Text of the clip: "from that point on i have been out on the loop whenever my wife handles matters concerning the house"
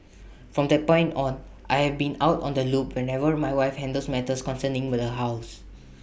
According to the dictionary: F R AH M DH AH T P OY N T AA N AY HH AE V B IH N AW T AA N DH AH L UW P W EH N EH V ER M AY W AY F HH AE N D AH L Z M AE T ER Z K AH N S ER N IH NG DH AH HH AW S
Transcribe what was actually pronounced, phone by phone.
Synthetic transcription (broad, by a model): F R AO M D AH T P OY N T AA N AY HH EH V B IH N AW T AA N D AH L UW P W EH N EH V ER M AY W AY F HH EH N D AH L S M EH T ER S K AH N S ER N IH NG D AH HH AW S